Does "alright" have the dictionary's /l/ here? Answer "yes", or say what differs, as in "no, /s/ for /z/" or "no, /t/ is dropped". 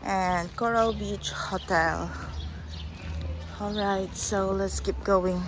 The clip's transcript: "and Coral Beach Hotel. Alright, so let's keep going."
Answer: yes